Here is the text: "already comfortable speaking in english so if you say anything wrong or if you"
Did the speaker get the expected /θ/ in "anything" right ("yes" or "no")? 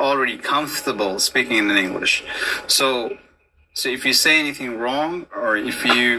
yes